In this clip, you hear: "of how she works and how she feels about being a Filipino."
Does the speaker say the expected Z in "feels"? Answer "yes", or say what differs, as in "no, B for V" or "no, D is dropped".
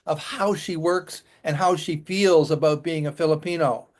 yes